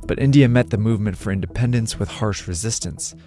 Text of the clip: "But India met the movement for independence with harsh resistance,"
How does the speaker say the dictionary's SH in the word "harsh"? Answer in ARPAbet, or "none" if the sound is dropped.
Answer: SH